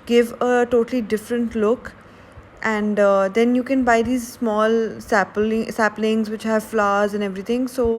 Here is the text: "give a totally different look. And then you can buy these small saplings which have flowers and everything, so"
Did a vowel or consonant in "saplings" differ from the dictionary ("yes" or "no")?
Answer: no